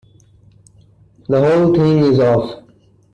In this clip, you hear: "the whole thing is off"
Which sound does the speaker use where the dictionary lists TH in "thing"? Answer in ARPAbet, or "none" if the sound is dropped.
T